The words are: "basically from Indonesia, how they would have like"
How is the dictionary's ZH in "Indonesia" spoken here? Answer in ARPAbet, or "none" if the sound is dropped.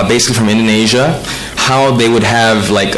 ZH